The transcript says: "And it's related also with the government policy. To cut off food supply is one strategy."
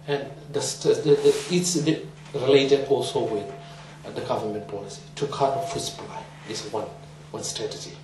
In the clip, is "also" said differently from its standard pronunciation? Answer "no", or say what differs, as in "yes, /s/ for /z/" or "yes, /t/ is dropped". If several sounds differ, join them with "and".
no